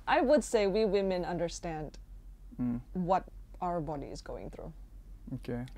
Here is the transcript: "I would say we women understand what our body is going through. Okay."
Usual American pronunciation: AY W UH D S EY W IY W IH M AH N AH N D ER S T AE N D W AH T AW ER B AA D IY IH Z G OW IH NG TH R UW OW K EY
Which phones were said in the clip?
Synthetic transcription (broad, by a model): AY W UH D S EY W IY W IH M AH N AH N D ER S T AE N D W AH T AW ER B AA D IY IH Z G OW IH NG TH R UW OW K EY